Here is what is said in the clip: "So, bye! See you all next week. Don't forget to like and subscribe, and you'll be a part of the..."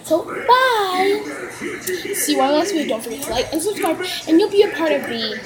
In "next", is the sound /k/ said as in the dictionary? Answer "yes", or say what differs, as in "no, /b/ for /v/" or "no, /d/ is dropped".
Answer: no, /k/ is dropped